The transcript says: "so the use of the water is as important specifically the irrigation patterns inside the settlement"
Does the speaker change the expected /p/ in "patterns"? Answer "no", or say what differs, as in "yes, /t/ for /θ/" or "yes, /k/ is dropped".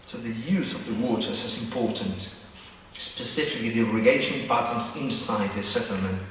yes, /b/ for /p/